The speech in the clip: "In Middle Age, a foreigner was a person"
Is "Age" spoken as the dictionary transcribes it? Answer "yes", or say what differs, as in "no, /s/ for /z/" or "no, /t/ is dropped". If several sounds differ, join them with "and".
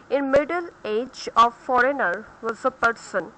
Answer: yes